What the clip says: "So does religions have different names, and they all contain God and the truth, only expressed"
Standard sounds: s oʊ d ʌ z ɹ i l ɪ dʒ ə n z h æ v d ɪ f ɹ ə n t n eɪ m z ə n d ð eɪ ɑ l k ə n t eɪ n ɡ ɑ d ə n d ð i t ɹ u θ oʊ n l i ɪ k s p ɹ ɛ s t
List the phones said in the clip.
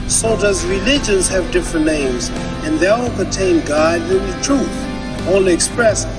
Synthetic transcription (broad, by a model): s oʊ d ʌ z ɹ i l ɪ dʒ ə n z h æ v d ɪ f ɹ ə n t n eɪ m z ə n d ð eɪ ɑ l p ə t eɪ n ɡ ɑ d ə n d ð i t ɹ u θ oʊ l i k s p ɹ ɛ s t